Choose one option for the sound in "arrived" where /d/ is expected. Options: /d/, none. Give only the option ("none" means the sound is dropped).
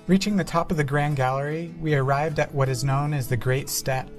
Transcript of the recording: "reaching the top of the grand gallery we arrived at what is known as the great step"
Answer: /d/